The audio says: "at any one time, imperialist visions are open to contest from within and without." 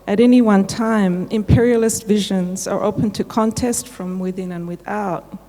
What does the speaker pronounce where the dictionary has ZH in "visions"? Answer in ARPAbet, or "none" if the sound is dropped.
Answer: ZH